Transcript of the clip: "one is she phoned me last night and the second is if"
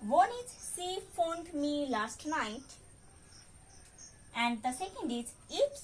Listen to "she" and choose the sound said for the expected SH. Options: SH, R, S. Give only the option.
S